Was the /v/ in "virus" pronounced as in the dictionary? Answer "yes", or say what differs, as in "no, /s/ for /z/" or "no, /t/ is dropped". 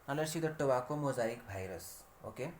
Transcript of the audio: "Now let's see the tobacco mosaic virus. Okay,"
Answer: no, /b/ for /v/